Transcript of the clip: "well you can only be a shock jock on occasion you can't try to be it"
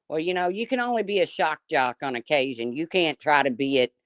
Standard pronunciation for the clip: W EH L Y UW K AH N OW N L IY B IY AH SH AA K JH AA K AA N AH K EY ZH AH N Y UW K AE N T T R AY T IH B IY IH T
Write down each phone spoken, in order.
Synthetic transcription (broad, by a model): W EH L Y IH K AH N OW N L IY B IY AH SH AA K JH AA K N AH K EY ZH AH N Y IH K AE N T T R AY T IH B IY IH T